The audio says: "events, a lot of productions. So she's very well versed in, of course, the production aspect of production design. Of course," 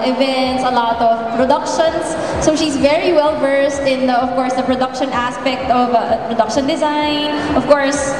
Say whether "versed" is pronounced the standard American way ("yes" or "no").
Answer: yes